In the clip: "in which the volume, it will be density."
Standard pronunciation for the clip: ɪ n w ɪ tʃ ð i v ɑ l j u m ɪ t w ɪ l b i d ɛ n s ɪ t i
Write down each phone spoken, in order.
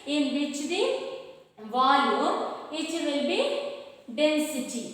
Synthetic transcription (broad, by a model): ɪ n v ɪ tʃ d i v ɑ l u ɪ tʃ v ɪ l b i d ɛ n s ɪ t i